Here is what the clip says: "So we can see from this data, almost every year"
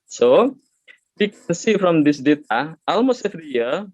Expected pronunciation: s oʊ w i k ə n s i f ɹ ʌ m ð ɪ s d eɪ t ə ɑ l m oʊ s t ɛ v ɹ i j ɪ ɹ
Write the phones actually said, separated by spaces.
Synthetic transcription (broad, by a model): s oʊ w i k ə n s i f ɹ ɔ m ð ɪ s d eɪ t ə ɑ l m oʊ s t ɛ f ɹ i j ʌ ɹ